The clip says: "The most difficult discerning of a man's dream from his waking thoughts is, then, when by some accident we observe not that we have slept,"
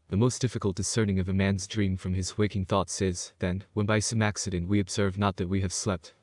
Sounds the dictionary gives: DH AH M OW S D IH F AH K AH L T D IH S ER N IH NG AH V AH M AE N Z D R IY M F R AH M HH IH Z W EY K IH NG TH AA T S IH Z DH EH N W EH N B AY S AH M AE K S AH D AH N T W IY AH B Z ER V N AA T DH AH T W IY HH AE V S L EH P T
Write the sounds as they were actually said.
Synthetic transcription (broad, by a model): DH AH M OW S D IH F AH K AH L T D IH S ER N IH NG AH V AH M AE N Z D R IY M F R AH M IH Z W EY K IH NG TH AA T S IH Z DH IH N W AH N B AY S AH M AE K S AH D AH N T W IY AH B Z ER V N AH T DH AH T W IY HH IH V S L EH P T